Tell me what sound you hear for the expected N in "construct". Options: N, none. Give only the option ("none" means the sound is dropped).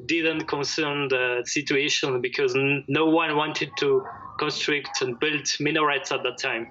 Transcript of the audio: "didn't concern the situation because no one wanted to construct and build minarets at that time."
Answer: N